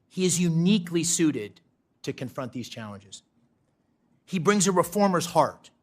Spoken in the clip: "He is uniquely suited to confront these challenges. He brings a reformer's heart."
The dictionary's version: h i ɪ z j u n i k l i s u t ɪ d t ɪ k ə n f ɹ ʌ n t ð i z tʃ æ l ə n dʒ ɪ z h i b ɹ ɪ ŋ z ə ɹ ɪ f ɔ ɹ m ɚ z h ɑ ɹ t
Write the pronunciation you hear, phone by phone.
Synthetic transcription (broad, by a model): h i ɪ z j u n i k l i s u t ɪ d t ɪ k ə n f ɹ ʌ n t ð i z tʃ æ l ə n dʒ ɪ z h i b ɹ ɪ ŋ z ə ɹ ɪ f ɔ ɹ m ɚ z h ɑ ɹ t